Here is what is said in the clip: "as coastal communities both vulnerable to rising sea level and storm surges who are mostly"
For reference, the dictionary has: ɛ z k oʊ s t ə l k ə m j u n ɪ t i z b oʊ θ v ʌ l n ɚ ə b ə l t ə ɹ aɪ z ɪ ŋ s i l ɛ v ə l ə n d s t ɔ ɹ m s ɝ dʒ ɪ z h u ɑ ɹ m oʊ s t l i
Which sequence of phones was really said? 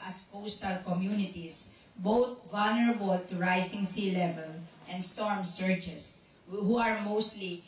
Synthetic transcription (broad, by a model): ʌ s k oʊ s t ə l k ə m j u n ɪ t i s b oʊ t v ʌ l n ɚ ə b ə l t ə ɹ aɪ s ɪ ŋ s i l ɛ v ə l ə n d s t ɔ ɹ m s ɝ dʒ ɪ s h u ɑ ɹ m oʊ s t l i